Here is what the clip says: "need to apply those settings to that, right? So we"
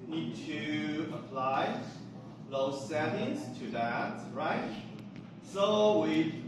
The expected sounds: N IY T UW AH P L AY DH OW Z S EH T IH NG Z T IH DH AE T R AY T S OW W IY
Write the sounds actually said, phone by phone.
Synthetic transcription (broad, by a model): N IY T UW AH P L AY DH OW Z S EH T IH Z T IH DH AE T R AY T S OW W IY